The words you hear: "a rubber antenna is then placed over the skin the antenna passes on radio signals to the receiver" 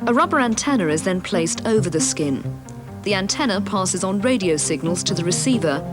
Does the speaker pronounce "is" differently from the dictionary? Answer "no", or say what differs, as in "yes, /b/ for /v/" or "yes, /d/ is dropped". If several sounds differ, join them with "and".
no